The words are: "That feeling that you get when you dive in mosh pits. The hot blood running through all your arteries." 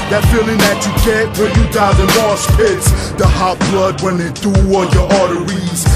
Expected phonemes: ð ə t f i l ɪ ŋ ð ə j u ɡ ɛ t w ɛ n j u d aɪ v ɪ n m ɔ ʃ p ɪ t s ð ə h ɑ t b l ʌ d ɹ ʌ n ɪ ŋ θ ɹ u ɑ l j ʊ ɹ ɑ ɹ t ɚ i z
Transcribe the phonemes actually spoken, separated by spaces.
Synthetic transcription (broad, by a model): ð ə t f i l ɪ ŋ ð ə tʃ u ɡ ɛ t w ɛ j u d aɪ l ɪ n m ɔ s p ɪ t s ð ə h ɑ t b l ʌ d w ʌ n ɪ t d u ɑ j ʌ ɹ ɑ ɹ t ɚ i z